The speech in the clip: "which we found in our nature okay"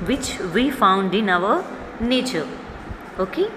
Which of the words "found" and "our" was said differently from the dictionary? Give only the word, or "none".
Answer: our